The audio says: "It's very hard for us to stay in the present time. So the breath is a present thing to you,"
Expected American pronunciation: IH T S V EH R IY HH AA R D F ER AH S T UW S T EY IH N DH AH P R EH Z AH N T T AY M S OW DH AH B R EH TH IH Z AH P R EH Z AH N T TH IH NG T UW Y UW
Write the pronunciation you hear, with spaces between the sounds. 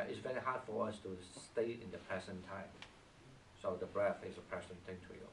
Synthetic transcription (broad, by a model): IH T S V EH R IY HH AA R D F ER AH S T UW S T EY IH N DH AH P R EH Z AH N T T AY M S OW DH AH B R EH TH IH Z AH P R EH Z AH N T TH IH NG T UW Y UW